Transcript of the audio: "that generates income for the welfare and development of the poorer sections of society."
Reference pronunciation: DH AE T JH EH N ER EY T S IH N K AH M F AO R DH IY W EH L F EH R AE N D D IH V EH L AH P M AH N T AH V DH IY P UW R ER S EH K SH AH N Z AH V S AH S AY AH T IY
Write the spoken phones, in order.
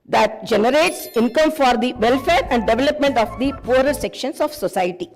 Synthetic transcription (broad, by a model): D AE T JH EH N ER EY T S IH N K AH M F AO R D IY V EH L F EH R AE N D D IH V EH L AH P M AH N T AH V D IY P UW R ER S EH K SH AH N S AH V S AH S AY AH T IY